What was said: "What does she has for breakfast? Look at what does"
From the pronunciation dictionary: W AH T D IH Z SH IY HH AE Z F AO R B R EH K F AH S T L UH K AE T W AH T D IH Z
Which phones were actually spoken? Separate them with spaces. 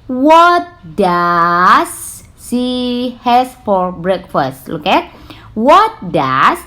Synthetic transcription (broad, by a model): W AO T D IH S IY HH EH S F AO R B R EH K F AH S T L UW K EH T W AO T D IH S